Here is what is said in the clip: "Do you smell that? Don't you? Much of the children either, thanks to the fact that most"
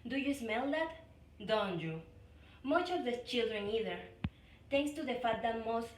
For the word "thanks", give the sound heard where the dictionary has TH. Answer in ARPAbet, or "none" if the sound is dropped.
T